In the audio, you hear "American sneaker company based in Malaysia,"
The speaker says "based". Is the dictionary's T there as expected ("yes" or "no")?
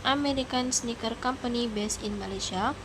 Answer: no